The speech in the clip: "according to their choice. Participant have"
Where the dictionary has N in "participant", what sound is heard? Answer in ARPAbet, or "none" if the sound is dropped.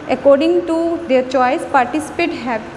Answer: none